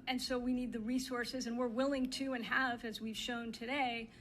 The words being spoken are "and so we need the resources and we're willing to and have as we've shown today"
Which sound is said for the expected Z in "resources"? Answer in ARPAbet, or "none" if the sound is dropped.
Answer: Z